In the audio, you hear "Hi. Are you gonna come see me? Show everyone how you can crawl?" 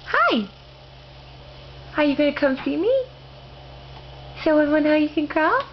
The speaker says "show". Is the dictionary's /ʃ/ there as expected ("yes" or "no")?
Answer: no